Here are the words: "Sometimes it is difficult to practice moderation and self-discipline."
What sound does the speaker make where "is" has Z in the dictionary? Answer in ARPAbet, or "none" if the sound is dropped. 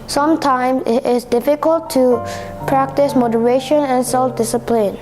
S